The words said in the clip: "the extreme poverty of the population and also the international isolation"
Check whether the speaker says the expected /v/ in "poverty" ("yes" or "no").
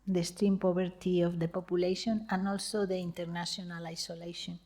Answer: no